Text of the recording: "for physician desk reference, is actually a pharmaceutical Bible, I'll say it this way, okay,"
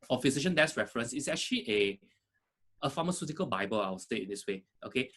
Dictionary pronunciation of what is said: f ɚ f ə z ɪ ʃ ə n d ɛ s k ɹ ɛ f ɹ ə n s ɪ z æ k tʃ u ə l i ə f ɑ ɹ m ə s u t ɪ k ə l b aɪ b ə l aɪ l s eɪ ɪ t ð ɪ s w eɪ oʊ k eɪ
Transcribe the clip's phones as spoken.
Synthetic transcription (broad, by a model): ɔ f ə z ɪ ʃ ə n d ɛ s ɹ ɛ f ɹ ə n s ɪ s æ k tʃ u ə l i ə f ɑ m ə s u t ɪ k ə l b aɪ b ə l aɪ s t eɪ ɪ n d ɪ s w eɪ oʊ k eɪ